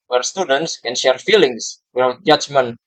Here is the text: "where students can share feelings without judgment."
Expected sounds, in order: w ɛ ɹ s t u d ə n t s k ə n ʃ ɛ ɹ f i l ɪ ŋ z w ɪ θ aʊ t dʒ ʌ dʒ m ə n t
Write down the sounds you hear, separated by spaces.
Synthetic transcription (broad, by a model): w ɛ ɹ s t u d ə n t s k ə n ʃ ɛ ɹ f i l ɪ ŋ s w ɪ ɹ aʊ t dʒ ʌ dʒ m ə n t